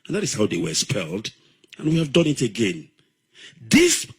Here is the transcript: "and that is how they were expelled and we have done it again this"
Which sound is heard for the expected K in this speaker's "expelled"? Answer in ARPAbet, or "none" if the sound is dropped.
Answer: none